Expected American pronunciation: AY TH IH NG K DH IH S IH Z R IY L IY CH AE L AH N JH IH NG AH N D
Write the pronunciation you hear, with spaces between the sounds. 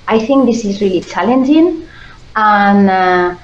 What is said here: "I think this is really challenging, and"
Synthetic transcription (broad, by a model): AY TH IH NG K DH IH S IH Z R IY L IY CH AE L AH N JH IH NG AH N